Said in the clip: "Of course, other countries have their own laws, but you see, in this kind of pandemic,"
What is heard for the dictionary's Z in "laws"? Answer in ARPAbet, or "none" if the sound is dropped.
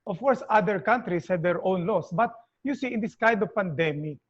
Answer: S